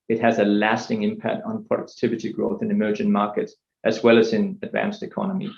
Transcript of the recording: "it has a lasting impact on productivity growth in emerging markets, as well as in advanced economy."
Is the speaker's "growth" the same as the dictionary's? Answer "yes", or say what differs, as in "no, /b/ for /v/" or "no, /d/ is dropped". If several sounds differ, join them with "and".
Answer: yes